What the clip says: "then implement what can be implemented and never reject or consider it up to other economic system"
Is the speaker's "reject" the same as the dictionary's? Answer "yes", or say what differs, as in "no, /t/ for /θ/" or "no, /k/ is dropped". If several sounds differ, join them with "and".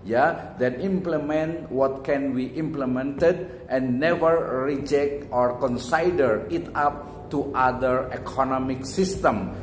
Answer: yes